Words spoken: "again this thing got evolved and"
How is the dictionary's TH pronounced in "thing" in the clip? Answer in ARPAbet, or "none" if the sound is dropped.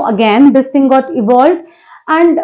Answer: T